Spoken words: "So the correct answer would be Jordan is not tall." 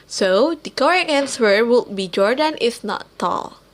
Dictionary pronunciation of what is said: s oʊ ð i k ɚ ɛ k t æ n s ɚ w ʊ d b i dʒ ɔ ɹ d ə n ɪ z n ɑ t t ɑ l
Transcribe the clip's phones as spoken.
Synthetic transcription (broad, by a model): s oʊ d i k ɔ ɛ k æ n s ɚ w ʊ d b i dʒ ɔ ɹ d ə n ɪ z n ɑ t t ɑ l